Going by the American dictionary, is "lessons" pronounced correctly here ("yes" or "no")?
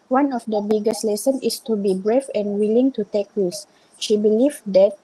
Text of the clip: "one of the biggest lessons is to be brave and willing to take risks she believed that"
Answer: no